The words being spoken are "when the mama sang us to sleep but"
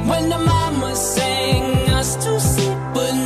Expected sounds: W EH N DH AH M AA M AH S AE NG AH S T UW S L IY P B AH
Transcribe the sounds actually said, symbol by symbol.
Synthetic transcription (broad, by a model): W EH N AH M AA M AH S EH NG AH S T UW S IY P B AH